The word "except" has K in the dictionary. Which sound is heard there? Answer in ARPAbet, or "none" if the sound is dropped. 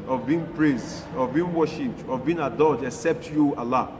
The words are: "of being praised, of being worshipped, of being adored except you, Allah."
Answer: K